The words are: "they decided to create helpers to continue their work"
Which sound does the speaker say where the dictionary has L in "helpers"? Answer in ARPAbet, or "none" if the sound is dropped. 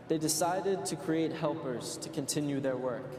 L